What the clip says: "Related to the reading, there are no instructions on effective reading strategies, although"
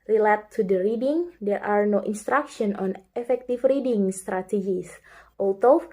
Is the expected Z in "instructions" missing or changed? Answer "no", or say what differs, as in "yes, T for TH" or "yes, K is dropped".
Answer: yes, Z is dropped